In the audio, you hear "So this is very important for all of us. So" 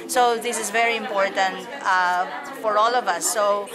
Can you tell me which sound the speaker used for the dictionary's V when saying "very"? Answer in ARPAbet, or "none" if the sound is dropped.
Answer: V